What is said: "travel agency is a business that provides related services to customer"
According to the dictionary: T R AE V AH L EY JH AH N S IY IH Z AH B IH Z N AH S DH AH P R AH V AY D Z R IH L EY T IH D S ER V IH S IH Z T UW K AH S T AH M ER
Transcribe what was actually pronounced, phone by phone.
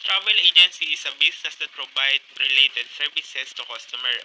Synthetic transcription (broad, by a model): T R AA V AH L EY JH AH N S IY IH S AH B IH S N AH S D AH P R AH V AY D R IH L EY T IH D S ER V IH S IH S T UW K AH S T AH M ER